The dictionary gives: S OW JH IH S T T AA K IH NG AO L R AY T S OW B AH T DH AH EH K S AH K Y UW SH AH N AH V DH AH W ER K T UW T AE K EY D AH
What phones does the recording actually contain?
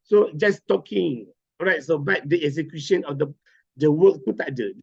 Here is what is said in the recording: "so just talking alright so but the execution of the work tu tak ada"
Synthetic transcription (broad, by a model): S OW JH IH S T T AA K IH NG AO R AY T S OW B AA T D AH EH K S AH K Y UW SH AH N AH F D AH W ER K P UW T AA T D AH